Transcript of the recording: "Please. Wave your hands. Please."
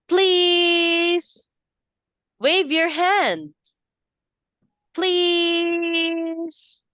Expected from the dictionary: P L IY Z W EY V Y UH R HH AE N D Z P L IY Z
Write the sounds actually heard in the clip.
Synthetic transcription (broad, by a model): P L IY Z W EY V Y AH R HH AE N D Z P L IY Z